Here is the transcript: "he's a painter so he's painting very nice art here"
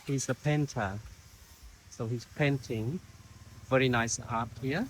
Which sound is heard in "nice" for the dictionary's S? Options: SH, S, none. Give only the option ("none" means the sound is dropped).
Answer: S